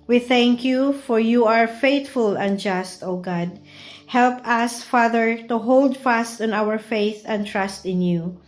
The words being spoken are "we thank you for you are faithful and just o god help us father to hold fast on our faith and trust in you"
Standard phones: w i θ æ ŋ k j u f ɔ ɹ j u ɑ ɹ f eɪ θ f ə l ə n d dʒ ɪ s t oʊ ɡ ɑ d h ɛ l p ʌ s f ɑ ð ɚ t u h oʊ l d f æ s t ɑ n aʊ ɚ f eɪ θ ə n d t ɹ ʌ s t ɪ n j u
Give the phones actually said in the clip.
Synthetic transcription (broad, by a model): w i θ æ ŋ k j u f ɔ ɹ j u ɑ ɹ f eɪ t f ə l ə n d dʒ ɪ s t oʊ ɡ ɑ d h ɛ l p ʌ s f ɑ ð ɚ t u h oʊ l d f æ s t ɑ n aʊ ɚ f eɪ θ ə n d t ɹ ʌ s t ɪ n j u